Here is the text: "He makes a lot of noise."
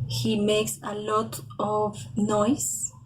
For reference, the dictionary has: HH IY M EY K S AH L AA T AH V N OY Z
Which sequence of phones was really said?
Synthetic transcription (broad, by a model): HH IY M EY K S AH L AA T AH V N OY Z